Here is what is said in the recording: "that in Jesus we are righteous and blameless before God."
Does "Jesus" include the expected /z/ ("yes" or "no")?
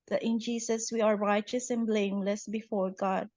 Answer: no